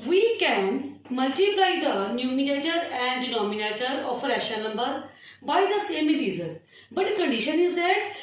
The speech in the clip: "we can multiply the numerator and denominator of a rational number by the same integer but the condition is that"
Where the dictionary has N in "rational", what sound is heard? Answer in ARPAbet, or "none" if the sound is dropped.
none